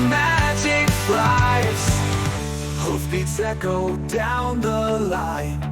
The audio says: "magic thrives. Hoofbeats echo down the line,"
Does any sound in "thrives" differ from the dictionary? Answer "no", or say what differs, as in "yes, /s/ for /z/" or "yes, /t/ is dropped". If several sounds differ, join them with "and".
yes, /v/ is dropped